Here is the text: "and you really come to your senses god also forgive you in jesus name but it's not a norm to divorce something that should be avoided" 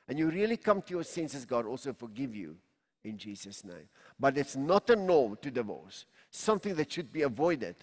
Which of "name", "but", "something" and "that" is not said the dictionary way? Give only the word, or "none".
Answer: none